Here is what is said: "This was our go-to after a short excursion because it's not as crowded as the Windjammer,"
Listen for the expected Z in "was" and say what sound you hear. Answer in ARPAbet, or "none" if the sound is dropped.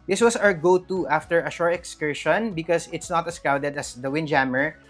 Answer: S